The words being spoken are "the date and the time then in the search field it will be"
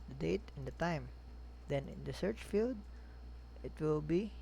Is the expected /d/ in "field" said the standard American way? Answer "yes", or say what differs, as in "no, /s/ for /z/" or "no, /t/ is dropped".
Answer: yes